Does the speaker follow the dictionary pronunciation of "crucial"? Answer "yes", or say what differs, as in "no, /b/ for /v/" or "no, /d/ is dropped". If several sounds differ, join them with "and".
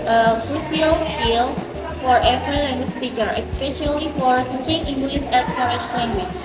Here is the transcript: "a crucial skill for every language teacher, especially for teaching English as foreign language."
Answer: no, /s/ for /ʃ/